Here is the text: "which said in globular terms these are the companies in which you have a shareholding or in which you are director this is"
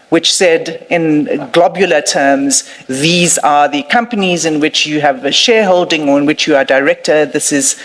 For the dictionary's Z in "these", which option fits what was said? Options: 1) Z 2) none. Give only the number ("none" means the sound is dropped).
1